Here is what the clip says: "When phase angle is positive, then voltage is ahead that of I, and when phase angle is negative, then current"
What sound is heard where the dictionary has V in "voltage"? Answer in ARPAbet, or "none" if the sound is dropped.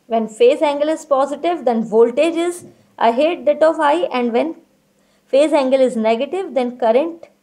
V